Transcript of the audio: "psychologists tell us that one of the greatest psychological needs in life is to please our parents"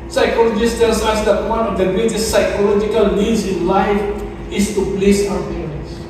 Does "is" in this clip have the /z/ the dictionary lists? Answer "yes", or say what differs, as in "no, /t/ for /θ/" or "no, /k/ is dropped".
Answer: no, /s/ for /z/